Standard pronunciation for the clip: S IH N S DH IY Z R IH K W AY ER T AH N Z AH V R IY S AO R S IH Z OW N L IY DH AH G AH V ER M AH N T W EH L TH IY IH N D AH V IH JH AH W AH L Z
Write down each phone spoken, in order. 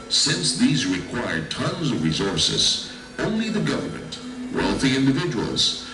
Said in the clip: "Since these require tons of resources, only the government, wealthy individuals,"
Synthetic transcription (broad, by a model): S IH N S DH IY Z R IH K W AY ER T AH N Z AH V R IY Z AO R S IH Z OW N L IY DH AH G AH V ER M AH N T W EH L TH IY IH N D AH V IH JH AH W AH L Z